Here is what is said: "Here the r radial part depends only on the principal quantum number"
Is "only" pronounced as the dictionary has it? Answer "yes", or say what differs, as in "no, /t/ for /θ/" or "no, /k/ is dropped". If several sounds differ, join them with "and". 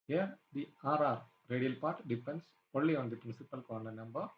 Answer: no, /n/ is dropped